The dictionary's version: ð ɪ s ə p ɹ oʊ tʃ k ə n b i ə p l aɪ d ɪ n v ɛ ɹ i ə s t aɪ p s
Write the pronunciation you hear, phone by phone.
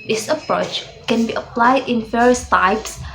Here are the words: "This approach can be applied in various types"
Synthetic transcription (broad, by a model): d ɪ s ə p ɹ oʊ tʃ k ə n b i ə p l aɪ d ɪ n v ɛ ɹ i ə s t aɪ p s